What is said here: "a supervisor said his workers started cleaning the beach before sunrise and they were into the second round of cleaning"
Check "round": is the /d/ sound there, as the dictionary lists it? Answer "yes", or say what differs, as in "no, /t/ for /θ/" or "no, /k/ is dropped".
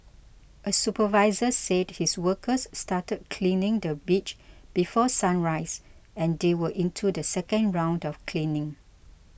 yes